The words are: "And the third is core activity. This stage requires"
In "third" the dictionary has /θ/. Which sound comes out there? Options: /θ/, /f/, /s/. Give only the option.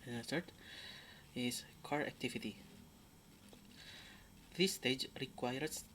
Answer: /s/